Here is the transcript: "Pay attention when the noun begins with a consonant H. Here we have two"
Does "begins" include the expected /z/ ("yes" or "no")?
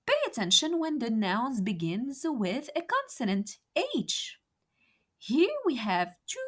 yes